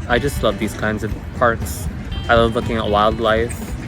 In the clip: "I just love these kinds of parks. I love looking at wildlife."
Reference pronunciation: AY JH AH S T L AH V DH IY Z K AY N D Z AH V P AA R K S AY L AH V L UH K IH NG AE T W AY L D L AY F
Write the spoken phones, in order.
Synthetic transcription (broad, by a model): AY JH AH S T L AH V DH IY Z K AY N D Z AH V P AA R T S AY L AH V L UH K IH NG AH T W AY L D L AY F